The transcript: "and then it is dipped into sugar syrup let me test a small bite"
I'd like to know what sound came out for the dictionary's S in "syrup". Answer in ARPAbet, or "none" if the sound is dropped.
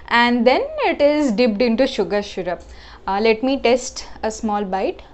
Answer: SH